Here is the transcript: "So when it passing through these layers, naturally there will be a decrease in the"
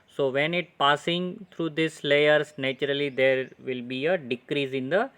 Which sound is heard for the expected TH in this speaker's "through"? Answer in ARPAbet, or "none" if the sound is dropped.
T